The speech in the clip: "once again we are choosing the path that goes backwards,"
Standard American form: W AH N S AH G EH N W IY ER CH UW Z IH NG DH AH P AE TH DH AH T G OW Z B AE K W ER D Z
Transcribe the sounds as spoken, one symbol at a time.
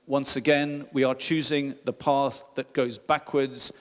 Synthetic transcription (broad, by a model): W AH N S AH G EH N W IY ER CH UW Z IH NG DH AH P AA TH DH AH T G OW Z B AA K W ER D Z